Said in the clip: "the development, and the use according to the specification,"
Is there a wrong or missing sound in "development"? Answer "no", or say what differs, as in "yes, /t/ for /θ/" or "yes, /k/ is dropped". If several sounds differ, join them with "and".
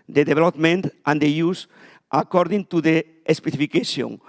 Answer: yes, /b/ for /v/